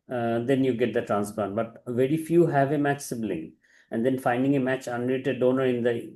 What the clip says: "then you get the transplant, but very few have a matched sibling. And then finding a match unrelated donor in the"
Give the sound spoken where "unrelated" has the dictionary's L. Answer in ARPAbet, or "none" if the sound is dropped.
none